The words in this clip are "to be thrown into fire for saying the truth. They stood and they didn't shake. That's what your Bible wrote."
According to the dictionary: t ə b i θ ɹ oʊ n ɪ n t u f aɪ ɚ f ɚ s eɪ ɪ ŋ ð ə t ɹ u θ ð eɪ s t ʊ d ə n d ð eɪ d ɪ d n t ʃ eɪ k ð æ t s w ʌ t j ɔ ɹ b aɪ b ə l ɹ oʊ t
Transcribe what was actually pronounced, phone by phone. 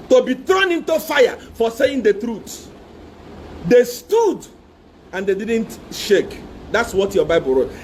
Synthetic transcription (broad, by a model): t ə b i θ ɹ oʊ n ɪ n t u f aɪ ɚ f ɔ s eɪ ɪ ŋ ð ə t ɹ u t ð eɪ s t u d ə n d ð eɪ d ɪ d n t ʃ eɪ k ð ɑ t s w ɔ t j ɔ b aɪ b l ɹ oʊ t